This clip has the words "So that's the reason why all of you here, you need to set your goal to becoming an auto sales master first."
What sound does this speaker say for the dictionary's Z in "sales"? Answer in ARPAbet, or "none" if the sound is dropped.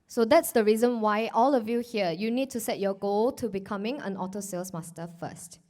S